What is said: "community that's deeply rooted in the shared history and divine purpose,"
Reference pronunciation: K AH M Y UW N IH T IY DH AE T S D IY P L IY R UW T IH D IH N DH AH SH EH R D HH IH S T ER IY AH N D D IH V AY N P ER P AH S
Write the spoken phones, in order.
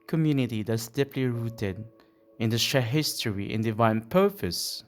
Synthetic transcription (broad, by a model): K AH M Y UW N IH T IY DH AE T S D IY P L IY R UW T IH D IH N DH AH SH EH HH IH S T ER IY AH N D D IH V AY N P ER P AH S